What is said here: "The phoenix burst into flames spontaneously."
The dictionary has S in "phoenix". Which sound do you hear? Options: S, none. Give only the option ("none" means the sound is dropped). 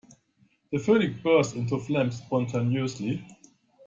none